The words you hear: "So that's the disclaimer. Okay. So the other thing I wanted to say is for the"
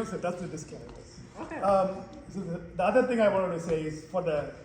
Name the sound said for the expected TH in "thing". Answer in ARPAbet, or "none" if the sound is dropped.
TH